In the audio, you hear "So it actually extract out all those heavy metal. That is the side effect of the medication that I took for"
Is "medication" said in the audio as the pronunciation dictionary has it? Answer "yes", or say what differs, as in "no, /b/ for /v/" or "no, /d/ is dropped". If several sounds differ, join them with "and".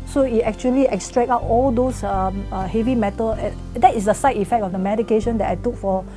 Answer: yes